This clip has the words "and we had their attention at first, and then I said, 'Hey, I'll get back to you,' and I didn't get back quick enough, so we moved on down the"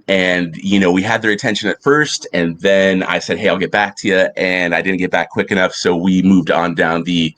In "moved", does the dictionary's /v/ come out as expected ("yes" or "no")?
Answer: yes